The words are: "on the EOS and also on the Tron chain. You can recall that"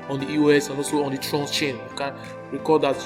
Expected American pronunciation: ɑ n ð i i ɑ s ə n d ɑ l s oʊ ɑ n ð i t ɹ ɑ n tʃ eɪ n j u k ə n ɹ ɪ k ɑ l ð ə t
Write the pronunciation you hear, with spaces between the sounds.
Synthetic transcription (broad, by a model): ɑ n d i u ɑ s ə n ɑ s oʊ ɑ n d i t ɹ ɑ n tʃ eɪ n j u k ə n ɹ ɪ k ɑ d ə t